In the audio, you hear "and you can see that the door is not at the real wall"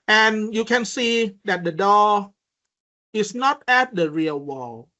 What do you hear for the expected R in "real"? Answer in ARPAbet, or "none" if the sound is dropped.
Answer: R